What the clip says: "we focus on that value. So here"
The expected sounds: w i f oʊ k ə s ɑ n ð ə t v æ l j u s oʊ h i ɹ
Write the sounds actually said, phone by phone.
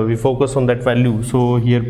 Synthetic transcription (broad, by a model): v i f oʊ k ə s ɑ n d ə t v æ l j u s oʊ h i ɹ